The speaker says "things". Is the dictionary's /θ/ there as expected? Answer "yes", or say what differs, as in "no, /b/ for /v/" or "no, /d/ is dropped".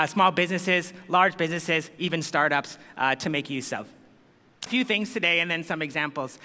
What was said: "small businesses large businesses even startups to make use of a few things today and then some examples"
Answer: yes